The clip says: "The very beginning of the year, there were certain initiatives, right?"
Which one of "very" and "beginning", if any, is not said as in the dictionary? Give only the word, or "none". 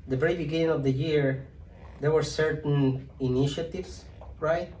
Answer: very